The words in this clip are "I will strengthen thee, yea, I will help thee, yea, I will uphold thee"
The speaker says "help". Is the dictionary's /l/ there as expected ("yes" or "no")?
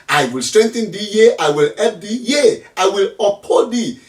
no